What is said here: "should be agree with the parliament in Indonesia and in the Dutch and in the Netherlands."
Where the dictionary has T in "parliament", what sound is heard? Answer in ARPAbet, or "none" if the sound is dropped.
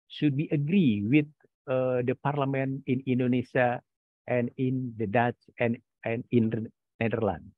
none